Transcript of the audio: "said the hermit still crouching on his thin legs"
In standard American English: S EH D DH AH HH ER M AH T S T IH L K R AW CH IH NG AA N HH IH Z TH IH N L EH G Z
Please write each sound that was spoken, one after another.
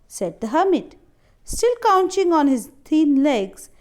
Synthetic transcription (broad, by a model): S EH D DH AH HH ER M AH T S T IH L K AW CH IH NG AA N HH IH Z T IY N L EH G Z